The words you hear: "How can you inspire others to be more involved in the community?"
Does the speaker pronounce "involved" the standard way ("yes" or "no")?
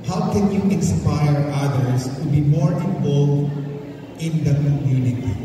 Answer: no